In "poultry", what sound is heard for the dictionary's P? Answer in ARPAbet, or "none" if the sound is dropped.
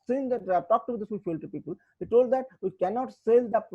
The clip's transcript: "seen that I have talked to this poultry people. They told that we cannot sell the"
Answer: F